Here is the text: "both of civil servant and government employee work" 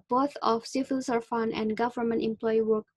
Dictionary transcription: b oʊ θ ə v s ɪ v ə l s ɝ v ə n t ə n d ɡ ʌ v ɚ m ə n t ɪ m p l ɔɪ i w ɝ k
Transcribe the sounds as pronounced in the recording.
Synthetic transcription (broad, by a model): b oʊ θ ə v s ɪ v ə l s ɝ f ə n ə n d ɡ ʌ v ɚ m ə n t ɪ m p l ɔɪ i w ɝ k